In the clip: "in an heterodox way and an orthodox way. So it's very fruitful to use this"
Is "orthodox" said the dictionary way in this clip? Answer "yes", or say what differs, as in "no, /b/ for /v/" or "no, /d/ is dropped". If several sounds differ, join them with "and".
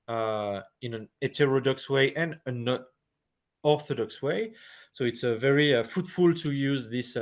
yes